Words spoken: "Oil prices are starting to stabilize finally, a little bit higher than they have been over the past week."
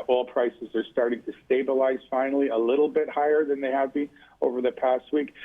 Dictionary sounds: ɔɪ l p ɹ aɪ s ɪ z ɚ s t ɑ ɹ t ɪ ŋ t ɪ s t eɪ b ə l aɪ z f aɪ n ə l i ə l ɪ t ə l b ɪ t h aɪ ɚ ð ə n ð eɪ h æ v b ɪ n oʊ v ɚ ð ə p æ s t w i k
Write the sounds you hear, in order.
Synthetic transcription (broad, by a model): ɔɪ l p ɹ aɪ s ɪ z ɚ s t ɑ ɹ t ɪ ŋ t ɪ s t eɪ b ə l aɪ z f aɪ n l i ə l ɪ t l b ɪ t h aɪ ɚ ð ə n ð eɪ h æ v b ɪ n oʊ v ɚ ð ə p æ s t w i k